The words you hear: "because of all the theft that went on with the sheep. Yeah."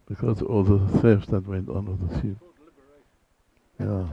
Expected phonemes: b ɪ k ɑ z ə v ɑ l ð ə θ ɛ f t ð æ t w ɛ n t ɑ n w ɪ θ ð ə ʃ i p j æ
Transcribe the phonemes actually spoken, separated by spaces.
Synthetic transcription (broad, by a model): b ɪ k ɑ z ɑ l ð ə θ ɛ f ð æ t w ɛ n t ɑ n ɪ ð ə s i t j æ